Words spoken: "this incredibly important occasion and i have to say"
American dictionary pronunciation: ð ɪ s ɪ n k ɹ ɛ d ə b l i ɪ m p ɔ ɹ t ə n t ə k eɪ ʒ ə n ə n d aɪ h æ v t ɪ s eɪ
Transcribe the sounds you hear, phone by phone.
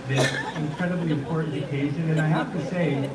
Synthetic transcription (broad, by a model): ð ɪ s ɪ n k ɹ ɛ d ə b l i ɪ m p ɔ ɹ t n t ə k eɪ ʒ ə n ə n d aɪ h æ f t ɪ s eɪ